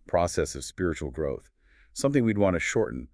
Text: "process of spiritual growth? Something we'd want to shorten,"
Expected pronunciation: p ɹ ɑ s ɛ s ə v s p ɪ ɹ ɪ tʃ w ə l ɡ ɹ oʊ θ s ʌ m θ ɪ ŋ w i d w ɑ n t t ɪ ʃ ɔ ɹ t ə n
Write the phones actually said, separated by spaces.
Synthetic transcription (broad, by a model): p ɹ ɑ s ɛ s ə v s p ɪ ɹ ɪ tʃ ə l ɡ ɹ oʊ θ s ʌ m θ ɪ ŋ w i d w ɑ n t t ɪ ʃ ɔ ɹ t n